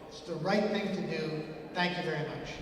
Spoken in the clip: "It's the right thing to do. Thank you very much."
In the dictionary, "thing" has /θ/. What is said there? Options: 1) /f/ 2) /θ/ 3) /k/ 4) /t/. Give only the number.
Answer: 2